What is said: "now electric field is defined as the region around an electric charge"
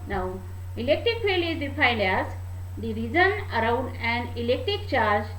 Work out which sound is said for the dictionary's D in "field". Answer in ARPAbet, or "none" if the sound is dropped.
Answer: none